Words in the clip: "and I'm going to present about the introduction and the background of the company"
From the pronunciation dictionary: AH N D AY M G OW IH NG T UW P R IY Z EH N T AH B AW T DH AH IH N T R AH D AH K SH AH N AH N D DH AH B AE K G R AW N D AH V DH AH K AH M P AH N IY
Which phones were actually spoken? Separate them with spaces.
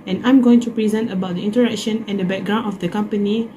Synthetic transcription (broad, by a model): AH N AY M G OW IH NG T UW P R IY Z EH N T AH B AW T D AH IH N T AH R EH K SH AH N AH N D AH B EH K G R AW N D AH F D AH K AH M P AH N IY